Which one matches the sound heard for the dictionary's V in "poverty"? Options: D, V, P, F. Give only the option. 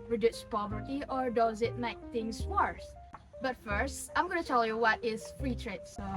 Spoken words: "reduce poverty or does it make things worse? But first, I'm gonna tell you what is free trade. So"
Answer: V